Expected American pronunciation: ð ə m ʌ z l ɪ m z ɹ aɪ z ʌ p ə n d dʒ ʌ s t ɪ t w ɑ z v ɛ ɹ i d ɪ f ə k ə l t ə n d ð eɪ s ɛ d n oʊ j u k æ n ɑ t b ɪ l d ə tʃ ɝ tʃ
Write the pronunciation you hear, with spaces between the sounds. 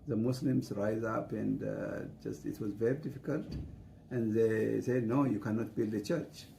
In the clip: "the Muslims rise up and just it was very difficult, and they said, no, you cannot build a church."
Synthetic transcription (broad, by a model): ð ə m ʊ s l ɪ m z ɹ aɪ z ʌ p ə n d dʒ ʌ s t ɪ t w ɑ z v ɛ ɹ i d ɪ f ə k ə l t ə n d ð eɪ s ɛ d n oʊ j u k æ n ɑ t b ɪ l d ə tʃ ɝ tʃ